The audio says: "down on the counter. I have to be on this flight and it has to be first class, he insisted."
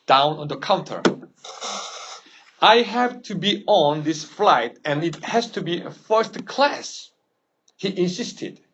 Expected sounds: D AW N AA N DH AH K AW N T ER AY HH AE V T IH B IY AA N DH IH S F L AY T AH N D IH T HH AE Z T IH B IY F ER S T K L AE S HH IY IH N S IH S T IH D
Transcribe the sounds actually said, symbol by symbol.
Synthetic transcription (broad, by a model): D AW N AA N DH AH K AW N T ER AY HH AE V T IH B IY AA N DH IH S F L AY T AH N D IH T HH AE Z T IH B IY F ER S T K L AE S HH IY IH N S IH S T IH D